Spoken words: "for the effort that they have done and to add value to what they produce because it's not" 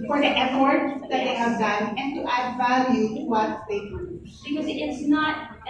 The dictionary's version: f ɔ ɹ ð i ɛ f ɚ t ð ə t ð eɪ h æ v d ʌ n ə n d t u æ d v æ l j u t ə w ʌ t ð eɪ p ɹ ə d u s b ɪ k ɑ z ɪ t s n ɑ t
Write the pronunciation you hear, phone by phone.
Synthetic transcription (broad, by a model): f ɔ ɹ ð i ɛ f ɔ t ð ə t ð eɪ h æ v d ʌ n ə n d t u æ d v æ l j u w ʌ t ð eɪ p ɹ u b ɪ k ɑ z ɪ t s n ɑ t